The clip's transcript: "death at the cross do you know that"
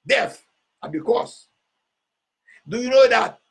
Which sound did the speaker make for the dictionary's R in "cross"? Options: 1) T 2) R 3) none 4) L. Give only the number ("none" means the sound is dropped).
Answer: 3